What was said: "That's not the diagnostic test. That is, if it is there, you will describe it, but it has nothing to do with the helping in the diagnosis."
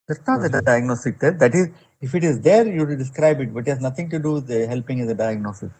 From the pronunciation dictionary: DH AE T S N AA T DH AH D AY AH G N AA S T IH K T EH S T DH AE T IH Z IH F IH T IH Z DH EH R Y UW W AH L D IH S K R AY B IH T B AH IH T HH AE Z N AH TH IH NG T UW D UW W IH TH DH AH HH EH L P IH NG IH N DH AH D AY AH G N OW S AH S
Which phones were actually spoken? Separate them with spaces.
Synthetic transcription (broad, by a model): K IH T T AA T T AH D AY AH G N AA S T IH K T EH T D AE T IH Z IH F IH T IH Z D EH R Y UW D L D IH S K R AY B IH T B AH T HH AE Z N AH T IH NG T UW D UW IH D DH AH HH EH L P IH NG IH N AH D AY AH G N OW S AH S